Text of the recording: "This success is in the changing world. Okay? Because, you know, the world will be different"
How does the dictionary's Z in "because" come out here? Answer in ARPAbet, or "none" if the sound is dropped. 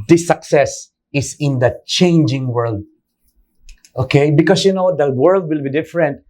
S